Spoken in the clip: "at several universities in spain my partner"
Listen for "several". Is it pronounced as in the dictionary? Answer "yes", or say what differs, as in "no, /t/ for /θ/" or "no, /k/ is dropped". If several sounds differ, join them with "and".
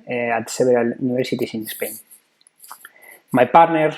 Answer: no, /b/ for /v/